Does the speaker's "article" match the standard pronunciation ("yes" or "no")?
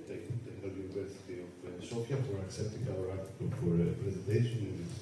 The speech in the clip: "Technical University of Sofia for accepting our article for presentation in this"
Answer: no